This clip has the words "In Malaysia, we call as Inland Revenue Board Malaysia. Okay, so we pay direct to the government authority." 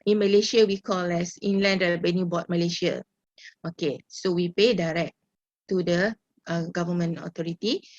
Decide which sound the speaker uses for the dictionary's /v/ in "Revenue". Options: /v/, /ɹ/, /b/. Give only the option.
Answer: /b/